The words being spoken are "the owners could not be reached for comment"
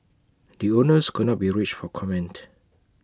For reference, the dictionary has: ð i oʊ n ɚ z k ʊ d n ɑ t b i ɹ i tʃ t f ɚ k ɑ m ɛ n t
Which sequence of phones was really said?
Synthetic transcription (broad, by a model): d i oʊ n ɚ s k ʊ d n ɑ t b i ɹ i tʃ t f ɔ k ɑ m ɛ n t